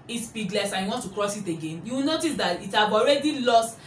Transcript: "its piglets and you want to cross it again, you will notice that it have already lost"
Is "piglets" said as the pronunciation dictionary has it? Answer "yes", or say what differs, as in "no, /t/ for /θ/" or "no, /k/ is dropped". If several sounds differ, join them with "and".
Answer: no, /b/ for /p/